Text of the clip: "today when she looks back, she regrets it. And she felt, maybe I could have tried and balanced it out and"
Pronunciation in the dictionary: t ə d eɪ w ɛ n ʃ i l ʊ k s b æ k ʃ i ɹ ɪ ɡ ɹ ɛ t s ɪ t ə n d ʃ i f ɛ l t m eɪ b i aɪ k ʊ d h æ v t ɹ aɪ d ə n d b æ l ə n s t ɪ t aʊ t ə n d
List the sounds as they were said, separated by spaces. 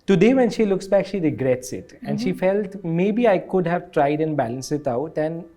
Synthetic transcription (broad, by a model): t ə d eɪ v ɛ n ʃ i l ʊ k s b æ k ʃ i ɹ ɪ ɡ ɹ ɛ t s ɪ t ə n d ʃ i f ɛ l t m eɪ b i aɪ k ʊ d h æ v t ɹ aɪ d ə n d b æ l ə n s ɪ t aʊ t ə n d